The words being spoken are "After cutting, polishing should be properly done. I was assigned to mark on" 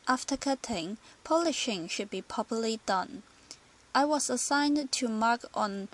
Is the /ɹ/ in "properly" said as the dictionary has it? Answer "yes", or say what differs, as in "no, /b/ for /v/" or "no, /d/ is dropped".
no, /ɹ/ is dropped